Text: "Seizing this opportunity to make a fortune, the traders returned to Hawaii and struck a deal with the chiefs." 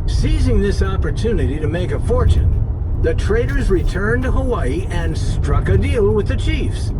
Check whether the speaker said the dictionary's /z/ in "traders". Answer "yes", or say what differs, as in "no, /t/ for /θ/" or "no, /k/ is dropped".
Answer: yes